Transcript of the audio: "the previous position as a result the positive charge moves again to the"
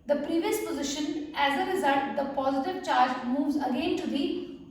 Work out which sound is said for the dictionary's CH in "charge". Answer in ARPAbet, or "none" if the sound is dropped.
CH